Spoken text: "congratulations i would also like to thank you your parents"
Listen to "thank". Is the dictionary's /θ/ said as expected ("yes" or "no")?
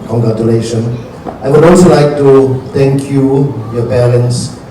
no